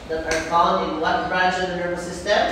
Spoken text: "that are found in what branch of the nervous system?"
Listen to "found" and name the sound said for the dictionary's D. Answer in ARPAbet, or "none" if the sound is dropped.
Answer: none